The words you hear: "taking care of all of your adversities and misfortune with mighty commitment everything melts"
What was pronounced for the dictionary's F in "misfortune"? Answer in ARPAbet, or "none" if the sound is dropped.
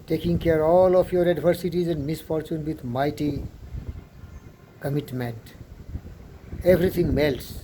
F